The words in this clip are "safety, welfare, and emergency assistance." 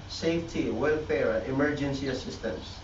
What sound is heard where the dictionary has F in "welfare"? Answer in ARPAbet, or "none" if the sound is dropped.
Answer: F